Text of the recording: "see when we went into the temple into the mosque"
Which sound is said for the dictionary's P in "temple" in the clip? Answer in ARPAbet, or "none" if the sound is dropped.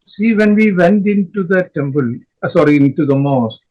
B